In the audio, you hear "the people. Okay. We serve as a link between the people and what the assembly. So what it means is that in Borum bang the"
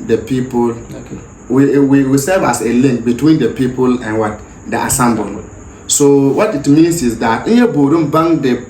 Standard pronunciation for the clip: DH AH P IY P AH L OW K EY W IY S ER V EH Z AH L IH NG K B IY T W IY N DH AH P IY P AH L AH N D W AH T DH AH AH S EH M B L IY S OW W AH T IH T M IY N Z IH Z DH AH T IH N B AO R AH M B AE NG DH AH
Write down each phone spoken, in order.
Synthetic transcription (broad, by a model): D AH P IY P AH L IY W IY W IY S ER V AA S AH L IH NG K B IY T W IY N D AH P IY P AH L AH N W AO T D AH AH S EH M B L S OW W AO T IH T M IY N S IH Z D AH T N B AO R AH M B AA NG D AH